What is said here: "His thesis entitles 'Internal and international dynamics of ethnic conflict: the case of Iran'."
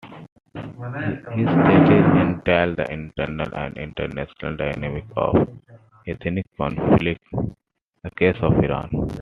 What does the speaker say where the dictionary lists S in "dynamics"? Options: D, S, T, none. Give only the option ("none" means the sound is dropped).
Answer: none